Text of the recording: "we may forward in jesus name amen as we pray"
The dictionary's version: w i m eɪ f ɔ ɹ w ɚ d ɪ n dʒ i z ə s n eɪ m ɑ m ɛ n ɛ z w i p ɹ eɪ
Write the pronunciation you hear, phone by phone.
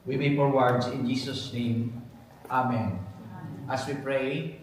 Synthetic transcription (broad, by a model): w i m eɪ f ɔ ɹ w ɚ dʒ ɪ n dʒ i s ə s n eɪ m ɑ m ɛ n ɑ s w i p ɹ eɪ